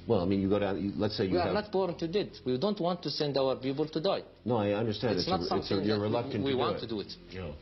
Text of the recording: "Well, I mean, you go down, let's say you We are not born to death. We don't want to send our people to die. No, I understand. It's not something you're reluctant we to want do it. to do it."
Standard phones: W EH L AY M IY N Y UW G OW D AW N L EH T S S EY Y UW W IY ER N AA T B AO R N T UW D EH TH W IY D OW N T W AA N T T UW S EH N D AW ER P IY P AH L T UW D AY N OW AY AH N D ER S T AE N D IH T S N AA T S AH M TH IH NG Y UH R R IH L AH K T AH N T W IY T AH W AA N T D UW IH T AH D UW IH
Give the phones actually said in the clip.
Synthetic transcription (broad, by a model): W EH L AY M IY N Y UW G OW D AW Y L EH T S S EY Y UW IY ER N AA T B AO R N T UW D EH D W IY D OW N T W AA N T T UW S EH N D AW ER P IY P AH L T UW D AY N OW AY AH N D ER S T AE N D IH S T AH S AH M S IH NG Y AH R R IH L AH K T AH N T W IY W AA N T D UW IH T AH